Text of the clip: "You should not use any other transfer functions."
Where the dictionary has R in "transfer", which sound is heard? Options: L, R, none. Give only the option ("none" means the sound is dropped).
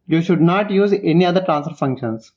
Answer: R